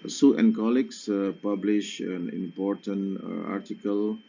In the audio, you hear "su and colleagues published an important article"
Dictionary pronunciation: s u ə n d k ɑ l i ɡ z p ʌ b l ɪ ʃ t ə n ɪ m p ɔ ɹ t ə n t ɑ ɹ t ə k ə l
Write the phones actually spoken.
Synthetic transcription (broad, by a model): s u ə n k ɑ l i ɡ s p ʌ b l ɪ ʃ ə n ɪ m p ɔ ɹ t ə n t ɑ ɹ t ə k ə l